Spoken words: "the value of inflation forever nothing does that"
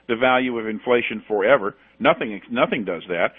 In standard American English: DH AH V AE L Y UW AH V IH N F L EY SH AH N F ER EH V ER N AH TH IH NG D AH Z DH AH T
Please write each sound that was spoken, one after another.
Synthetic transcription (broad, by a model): DH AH V AE L Y UW AH V IH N F L EY SH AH N F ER EH V ER N AH TH IH NG D AH Z DH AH T